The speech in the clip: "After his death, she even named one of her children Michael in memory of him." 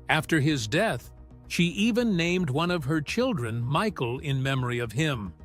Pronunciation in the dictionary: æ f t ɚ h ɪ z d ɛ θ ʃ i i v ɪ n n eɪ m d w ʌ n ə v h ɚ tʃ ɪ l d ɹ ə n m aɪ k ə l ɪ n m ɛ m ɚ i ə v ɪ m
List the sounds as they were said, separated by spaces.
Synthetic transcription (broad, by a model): æ f t ɚ ɪ z d ɛ θ ʃ i i v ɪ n n eɪ m d w ʌ n ə v ɚ tʃ ɪ l d ɹ ə n m aɪ k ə l ɪ n m ɛ m ɚ i ə v ɪ m